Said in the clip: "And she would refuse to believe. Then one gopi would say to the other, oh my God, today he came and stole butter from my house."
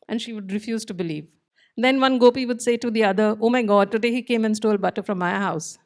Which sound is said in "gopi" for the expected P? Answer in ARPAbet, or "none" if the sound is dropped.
P